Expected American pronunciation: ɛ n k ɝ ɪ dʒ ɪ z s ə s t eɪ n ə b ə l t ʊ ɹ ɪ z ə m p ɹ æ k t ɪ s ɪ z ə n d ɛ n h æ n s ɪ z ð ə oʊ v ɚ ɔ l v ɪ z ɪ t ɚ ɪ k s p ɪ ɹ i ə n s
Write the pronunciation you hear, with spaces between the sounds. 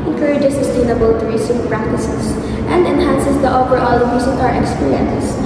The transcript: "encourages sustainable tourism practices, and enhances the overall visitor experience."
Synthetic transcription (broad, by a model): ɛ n k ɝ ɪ dʒ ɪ s ə s t eɪ n ə b ə l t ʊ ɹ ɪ s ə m p ɹ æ k t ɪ s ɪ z ə n d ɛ n h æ n s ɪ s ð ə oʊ p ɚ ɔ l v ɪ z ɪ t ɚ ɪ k s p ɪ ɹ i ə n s